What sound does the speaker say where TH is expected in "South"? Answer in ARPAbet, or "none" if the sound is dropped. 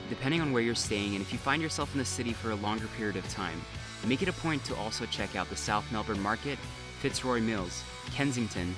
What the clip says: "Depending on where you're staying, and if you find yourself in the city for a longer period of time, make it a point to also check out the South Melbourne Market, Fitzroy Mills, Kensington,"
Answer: TH